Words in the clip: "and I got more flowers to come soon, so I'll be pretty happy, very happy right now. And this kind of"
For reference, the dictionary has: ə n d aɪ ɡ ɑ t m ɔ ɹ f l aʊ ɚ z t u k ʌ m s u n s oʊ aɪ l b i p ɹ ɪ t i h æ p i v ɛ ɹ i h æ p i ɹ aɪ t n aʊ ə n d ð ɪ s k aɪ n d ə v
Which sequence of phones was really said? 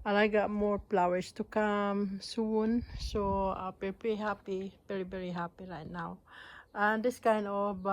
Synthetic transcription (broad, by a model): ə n aɪ ɡ ɑ t m ɔ ɹ p l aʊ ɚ s t u k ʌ m s u n s oʊ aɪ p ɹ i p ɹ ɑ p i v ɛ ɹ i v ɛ ɹ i h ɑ p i ɹ aɪ t n aʊ ə n d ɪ s k aɪ n d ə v